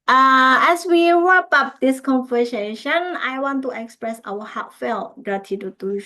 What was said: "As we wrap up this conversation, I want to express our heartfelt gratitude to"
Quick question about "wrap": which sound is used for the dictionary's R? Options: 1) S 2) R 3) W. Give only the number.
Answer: 3